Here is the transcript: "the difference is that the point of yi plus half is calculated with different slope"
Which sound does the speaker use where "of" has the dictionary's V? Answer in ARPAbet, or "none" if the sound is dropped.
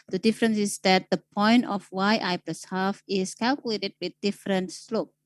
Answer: W